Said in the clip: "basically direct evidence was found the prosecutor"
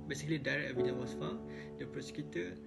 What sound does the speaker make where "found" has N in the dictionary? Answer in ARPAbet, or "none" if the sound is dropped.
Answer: none